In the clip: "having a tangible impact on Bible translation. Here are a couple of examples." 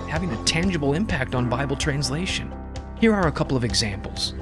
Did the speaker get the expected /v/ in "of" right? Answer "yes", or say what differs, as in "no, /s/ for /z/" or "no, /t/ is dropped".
yes